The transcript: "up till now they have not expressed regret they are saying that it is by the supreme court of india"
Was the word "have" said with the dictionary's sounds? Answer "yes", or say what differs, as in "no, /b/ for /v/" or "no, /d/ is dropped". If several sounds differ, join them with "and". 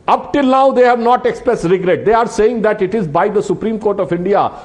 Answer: yes